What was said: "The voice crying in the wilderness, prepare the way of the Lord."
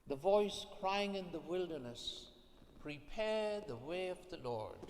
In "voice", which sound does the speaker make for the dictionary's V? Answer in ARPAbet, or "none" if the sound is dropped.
V